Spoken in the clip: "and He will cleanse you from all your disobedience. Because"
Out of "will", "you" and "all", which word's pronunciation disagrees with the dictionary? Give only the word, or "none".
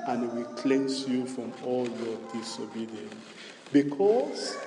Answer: none